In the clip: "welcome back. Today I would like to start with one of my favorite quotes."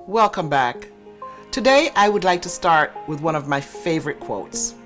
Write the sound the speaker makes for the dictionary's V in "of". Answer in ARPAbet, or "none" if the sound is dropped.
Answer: V